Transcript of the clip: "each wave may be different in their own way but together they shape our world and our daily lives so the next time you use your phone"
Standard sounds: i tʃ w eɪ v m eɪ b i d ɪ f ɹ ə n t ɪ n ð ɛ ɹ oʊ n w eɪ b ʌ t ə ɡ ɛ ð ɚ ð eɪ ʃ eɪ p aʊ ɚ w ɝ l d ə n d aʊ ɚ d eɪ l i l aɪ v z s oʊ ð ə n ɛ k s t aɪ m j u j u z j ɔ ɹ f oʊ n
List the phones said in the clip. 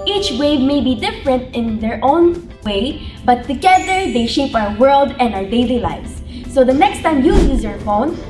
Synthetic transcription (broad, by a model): i tʃ w eɪ v m eɪ b i d ɪ f ɹ ə n t ɪ n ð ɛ ɹ oʊ n w eɪ b ʌ t ə ɡ ɛ ð ɚ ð eɪ ʃ eɪ p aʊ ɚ w ɝ l d ə n d aʊ ɚ d eɪ l i l aɪ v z s oʊ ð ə n ɛ k s t aɪ m j u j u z j ɔ ɹ f oʊ n